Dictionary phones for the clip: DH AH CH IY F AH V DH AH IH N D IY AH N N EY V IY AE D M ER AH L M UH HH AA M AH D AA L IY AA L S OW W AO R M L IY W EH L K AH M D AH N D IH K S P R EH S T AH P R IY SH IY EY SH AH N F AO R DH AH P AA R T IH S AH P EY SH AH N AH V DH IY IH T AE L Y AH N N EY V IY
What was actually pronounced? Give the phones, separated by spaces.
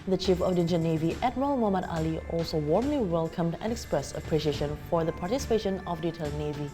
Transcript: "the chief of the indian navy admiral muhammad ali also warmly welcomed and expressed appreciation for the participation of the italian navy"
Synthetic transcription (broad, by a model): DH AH CH IY F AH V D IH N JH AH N N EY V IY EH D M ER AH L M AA M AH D AA L IY AA L S OW W AO R M L IY W EH L K AH M D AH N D IH K S P R EH S T AH P R IY SH IY EY SH AH N F AO R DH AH P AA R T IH S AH P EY SH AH N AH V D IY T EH L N N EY V IY